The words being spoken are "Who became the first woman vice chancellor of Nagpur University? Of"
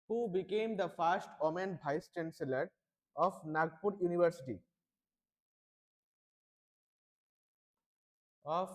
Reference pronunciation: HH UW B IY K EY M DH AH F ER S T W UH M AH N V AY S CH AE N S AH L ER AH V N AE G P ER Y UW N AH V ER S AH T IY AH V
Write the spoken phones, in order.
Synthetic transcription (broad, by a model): HH UW B IY K EY M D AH F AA S T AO M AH N B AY S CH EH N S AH L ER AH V N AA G P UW Y UW N AH V ER S AH T IY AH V